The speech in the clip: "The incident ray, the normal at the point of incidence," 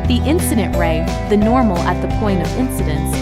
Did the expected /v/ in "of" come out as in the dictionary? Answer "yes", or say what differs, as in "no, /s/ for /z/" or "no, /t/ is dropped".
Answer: yes